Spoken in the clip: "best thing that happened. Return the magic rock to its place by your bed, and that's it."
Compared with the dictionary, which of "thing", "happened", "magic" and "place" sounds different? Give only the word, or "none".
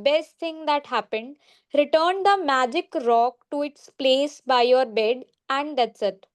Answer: thing